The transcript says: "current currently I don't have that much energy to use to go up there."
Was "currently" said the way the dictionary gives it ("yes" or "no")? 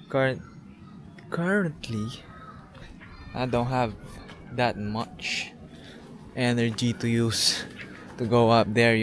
no